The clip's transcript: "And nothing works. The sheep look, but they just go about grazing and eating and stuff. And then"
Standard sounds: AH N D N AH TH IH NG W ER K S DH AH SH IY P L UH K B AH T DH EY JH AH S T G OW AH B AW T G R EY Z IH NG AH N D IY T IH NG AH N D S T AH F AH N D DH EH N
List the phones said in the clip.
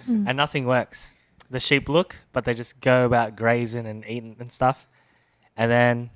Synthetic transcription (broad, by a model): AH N N AH TH IH NG W ER K S DH AH SH IY P L UH K B AH T DH EY JH AH S G OW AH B AW T G R EY Z IH NG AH N IY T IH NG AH N S T AH F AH N DH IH N